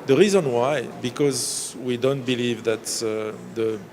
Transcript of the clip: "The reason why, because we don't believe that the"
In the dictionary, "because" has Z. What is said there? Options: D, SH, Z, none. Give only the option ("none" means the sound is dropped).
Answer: Z